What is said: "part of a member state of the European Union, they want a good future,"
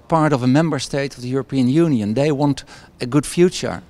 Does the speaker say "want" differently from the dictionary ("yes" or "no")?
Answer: no